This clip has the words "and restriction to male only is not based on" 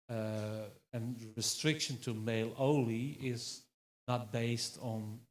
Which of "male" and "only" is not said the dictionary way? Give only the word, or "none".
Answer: only